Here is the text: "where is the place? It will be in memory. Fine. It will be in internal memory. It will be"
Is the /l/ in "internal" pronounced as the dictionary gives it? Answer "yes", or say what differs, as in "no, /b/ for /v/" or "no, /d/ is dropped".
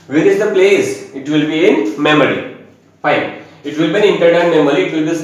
no, /n/ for /l/